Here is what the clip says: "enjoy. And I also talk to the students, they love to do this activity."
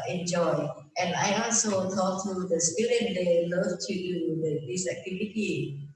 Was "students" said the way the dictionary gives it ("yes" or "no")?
no